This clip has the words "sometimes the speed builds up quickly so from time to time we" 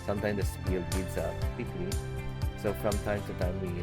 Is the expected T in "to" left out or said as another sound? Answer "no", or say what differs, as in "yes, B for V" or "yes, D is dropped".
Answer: yes, S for T